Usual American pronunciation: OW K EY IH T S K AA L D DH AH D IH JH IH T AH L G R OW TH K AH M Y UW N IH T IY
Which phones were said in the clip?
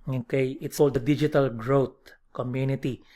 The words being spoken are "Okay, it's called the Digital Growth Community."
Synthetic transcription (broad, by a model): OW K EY IH T S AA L D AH D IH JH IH T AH L G R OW T K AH M Y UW N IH T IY